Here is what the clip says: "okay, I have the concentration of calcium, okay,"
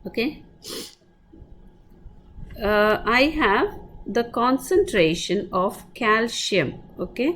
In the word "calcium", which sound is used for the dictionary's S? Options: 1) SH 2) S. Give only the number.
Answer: 1